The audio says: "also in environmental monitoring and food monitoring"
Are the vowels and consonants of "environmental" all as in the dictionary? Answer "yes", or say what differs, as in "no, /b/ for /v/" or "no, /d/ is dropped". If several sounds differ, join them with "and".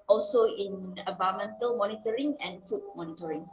no, /ɹ/ is dropped and /n/ is dropped